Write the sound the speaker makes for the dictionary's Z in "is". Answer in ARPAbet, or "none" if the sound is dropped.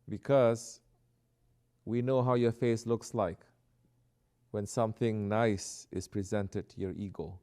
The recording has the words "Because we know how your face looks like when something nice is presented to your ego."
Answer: S